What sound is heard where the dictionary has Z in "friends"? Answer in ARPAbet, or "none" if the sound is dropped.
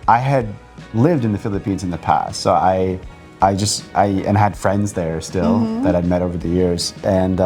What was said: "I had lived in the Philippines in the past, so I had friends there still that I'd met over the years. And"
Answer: Z